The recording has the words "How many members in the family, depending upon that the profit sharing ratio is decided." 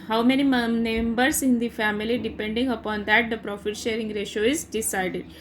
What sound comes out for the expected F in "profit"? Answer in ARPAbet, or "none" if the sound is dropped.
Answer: F